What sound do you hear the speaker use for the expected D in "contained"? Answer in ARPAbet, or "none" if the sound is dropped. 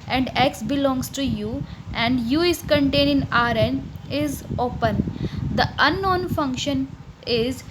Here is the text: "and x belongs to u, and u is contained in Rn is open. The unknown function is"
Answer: none